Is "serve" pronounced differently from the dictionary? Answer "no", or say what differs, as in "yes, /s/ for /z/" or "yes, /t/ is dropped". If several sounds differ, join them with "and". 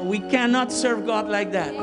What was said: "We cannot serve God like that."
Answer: no